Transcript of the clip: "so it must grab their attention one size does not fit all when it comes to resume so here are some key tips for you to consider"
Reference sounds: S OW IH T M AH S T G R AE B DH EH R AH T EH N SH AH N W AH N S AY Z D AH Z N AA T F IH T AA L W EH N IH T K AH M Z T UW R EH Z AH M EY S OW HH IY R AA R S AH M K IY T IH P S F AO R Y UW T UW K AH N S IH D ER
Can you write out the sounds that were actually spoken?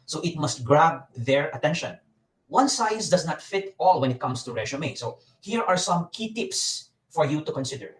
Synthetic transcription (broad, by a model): S OW IH T M AH S T G R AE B DH EH R AH T EH N SH AH N W AH N S AY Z D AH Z N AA T F IH T AA L W EH N IH T K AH M S T UW R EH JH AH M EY S OW HH IY R AA R S AH M K IY T IH P S F AO R Y UW T UW K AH N S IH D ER